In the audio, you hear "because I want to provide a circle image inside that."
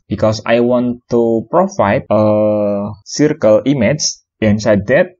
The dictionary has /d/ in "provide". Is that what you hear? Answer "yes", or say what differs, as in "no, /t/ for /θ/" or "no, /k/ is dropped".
no, /d/ is dropped